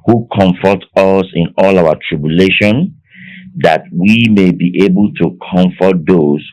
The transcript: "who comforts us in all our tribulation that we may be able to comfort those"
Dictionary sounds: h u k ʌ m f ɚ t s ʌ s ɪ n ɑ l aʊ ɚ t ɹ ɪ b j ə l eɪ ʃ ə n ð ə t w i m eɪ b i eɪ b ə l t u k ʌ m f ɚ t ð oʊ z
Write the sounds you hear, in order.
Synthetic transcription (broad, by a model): h u k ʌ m f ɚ t ʌ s ɪ n ɑ l aʊ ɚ t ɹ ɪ b j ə l eɪ ʃ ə n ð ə t w i m eɪ b i eɪ b ə l t u k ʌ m f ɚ t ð oʊ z